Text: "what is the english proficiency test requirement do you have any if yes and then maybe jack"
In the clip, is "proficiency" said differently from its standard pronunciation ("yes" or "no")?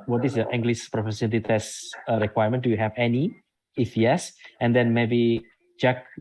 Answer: yes